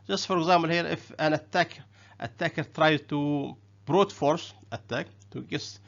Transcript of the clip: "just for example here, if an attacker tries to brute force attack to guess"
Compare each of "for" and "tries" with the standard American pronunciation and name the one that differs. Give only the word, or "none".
tries